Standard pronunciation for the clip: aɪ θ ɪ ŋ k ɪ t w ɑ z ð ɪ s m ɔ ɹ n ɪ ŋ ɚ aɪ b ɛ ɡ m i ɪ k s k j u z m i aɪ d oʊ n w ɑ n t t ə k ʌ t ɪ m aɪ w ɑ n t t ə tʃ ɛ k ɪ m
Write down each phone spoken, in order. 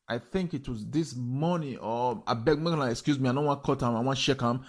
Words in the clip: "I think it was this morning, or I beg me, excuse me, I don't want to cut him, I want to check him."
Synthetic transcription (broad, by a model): aɪ θ ɪ ŋ k ɪ t w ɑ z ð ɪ s m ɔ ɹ n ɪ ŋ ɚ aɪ b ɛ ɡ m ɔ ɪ k s k j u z m i aɪ d oʊ n w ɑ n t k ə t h ɪ m aɪ w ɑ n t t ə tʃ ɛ k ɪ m